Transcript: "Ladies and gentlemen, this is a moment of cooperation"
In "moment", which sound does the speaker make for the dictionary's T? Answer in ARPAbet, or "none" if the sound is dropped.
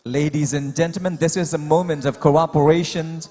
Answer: T